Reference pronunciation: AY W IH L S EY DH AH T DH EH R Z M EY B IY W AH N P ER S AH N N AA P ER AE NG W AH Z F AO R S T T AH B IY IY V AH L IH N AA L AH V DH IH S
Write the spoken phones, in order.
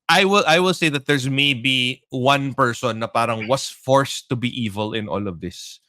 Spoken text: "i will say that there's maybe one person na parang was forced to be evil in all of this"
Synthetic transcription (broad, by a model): AY W IH L S EY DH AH T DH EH R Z M EY B IY W AH N P ER S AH N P AA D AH NG W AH S F AO R S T T AH B IY IY V AH L IH N AA L AH V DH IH S